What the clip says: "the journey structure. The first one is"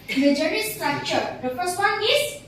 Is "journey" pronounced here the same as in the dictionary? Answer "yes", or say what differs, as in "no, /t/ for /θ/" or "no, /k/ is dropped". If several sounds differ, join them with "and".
no, /n/ is dropped